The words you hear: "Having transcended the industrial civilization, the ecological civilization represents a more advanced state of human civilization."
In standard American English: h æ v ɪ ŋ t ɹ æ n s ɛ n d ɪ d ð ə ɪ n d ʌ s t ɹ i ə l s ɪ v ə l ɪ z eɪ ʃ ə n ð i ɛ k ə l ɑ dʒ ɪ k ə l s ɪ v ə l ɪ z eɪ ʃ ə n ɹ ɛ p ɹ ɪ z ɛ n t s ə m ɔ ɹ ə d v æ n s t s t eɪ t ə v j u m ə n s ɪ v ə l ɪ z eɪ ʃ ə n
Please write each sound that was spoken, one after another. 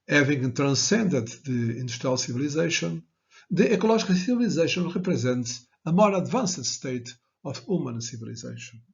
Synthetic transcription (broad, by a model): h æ v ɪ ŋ t ɹ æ n s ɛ n d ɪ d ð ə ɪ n d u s t ɹ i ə l s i v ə l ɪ z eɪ ʃ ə n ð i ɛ k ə l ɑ ʒ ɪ k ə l s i v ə l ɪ z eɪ ʃ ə n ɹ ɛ p ɹ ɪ z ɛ n t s ə m ɔ ɹ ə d v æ n s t s t eɪ t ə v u m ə n s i v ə l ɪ z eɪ ʃ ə n